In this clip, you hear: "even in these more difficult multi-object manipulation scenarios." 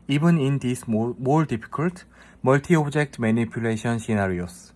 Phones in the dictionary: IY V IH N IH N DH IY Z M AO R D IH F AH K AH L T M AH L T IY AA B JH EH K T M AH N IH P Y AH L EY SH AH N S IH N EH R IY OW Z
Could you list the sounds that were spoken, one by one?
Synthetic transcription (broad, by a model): IY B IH N IH N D IY S M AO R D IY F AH K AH L T M AH L T IY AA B JH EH K T M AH N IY P Y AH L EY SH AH N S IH N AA R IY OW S